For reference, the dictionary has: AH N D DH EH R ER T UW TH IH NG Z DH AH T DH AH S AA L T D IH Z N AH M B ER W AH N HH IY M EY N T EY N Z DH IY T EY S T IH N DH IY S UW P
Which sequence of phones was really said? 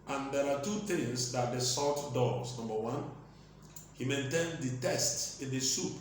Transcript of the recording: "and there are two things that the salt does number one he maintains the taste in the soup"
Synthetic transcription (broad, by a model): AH N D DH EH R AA T UW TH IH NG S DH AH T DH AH S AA T D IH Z N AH M B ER W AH N HH IY M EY N T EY N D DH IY T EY S T IH N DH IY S UW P